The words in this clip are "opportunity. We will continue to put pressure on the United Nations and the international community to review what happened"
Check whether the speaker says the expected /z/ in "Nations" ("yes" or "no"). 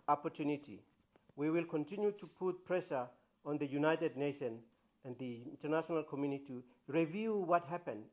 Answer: no